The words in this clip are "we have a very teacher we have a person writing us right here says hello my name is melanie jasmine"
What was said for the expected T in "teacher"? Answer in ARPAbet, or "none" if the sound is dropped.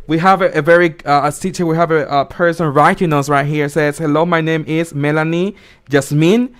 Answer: S